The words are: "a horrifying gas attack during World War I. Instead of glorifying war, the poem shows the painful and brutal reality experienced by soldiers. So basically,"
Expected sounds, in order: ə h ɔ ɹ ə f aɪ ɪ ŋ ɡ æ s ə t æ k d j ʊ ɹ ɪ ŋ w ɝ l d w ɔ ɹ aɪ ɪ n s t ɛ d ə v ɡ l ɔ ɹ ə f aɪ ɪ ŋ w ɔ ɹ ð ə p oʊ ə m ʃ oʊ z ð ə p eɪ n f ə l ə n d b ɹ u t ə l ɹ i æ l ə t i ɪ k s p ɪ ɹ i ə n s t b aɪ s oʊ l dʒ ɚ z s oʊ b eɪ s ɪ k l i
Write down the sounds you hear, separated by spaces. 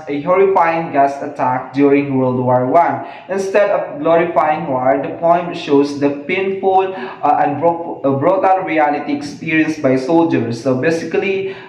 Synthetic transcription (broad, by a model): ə h ɔ ɹ ə f aɪ ɪ ŋ ɡ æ s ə t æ k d j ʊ ɹ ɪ ŋ w ɝ l d w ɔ ɹ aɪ ɪ n s t ɛ d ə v ɡ l ɔ ɹ ə f aɪ ɪ ŋ w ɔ ɹ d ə p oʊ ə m ʃ oʊ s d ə p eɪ n f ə l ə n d b ɹ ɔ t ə n ɹ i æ l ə t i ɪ k s p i ɹ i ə n s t b aɪ s oʊ l dʒ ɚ s oʊ b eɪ s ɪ k l i